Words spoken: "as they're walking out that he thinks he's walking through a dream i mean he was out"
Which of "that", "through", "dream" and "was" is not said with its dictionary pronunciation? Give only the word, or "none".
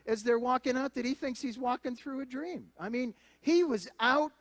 none